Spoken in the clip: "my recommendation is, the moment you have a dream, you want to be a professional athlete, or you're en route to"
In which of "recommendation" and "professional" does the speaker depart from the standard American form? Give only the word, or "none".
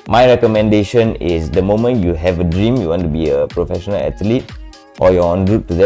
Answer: none